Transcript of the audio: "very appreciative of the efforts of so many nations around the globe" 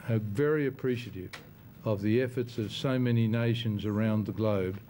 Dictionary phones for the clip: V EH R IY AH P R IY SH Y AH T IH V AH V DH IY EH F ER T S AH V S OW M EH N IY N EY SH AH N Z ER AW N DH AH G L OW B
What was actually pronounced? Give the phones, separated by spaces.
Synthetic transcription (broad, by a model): V EH R IY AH P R IY SH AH T IH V AH V DH IY EH F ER T S AH V S OW M EH N IY N EY SH AH N Z ER AW N DH AH G L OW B